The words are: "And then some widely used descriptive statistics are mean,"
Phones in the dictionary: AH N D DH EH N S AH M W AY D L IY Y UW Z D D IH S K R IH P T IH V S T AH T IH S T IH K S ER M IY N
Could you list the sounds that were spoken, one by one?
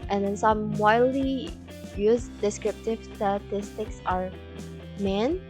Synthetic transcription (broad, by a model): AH N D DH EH N S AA M W AY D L IY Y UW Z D D IH S K R IH P T IH V S T AH T IH S T IH K S ER M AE N